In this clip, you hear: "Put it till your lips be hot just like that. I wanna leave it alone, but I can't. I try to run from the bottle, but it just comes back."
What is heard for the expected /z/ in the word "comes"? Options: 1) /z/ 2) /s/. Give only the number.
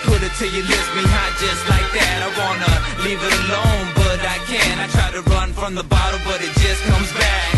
1